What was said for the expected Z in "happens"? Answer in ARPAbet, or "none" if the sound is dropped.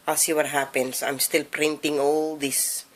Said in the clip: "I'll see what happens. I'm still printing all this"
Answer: S